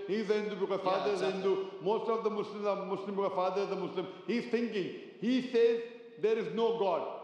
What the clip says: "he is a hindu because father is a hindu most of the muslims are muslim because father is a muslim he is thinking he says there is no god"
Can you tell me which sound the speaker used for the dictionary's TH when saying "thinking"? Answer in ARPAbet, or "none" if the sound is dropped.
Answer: T